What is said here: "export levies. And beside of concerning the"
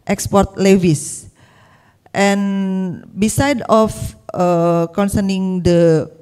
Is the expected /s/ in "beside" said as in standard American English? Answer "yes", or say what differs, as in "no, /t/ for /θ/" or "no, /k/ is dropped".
yes